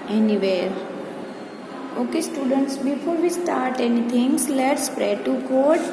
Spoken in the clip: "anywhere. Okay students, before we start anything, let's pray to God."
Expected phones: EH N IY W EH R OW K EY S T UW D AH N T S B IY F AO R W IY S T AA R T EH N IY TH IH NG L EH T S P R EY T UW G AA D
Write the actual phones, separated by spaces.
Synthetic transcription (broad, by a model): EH N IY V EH R OW K EY S T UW D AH N T S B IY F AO R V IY S T AA R T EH N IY T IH NG L EH T S P R EY T UW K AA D